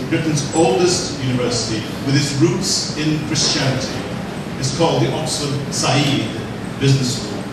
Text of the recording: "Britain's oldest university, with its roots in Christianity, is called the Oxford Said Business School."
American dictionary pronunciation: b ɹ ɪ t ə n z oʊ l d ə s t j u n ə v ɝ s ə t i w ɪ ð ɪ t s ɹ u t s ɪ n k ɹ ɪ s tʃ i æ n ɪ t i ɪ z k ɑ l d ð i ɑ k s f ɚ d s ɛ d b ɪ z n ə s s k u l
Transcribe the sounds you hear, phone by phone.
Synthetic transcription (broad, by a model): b ɹ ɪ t n z oʊ l d ə s t j u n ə v ɝ s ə t i w ɪ ð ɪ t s ɹ u t s ɪ n k ɹ ɪ s tʃ i æ n ɪ t i ɪ z k ɑ l d ð i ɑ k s ɚ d s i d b ɪ z n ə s s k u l